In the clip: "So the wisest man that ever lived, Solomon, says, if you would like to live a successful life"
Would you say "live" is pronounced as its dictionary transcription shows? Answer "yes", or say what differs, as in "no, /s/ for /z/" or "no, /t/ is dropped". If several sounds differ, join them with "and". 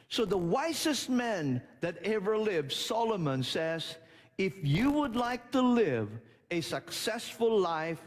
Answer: yes